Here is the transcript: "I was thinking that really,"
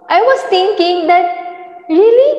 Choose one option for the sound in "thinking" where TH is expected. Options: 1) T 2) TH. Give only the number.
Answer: 1